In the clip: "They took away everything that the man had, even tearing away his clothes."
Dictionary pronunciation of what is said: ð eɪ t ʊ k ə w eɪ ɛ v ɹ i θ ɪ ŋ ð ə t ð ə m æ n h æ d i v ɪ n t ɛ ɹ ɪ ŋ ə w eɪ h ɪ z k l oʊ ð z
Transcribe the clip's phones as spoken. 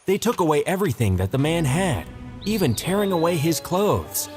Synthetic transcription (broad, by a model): ð eɪ t ʊ k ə w eɪ ɛ v ɹ i θ ɪ ŋ ð ə t ð ə m æ n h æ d i v ɪ n t ɛ ɹ ɪ ŋ ə w eɪ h ɪ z k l oʊ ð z